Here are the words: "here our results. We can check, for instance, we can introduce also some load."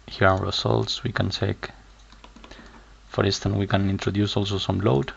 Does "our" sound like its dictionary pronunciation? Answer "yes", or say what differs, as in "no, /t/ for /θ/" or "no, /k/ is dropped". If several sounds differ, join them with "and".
no, /w/ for /ɹ/